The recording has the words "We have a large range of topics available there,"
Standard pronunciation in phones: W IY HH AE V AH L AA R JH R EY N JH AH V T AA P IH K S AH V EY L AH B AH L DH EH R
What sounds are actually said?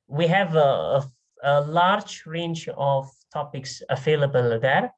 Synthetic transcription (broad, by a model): W IY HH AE V AH L AA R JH R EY N CH AH V T AA P IH K S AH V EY L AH B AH L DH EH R